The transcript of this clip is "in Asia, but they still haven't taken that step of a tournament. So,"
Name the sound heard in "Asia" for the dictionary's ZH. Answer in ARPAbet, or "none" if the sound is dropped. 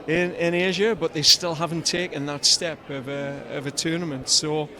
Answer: ZH